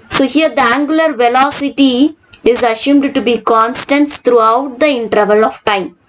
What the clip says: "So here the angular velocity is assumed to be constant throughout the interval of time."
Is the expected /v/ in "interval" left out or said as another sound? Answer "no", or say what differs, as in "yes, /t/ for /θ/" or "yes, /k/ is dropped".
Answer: no